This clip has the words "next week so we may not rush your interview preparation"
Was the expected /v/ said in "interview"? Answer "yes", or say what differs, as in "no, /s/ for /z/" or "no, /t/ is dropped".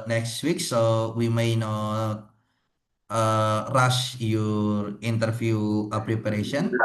no, /f/ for /v/